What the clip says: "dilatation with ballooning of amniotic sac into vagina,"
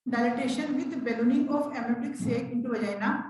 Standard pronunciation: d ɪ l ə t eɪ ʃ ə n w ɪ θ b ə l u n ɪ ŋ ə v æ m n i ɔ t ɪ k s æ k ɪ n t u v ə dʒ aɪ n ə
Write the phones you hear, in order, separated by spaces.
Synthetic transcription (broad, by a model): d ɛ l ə t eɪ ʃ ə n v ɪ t b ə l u n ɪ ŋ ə f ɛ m i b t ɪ k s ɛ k ɪ n t u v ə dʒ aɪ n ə